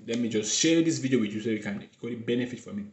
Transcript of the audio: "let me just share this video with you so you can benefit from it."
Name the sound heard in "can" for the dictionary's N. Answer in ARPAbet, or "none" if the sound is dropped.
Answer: L